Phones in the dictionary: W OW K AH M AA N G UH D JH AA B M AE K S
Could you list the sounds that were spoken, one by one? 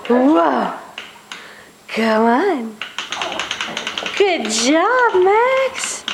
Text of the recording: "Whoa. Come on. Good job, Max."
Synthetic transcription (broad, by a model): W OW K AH AA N G UH D JH AA B M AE K S